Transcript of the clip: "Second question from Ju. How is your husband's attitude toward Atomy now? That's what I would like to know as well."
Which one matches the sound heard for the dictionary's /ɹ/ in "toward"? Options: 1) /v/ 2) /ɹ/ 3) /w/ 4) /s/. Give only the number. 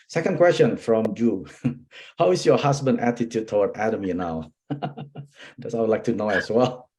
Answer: 3